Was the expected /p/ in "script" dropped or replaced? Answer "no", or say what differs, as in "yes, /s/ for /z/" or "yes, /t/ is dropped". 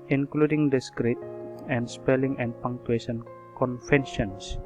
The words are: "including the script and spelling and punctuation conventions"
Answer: yes, /p/ is dropped